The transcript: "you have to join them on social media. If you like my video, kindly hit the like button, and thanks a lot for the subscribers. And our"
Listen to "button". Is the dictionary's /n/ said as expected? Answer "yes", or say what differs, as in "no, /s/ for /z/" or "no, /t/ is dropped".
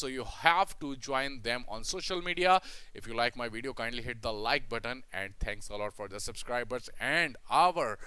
yes